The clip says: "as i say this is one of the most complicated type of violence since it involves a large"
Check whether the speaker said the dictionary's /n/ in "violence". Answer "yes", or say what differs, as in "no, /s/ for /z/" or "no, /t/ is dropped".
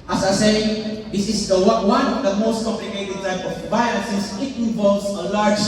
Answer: no, /n/ is dropped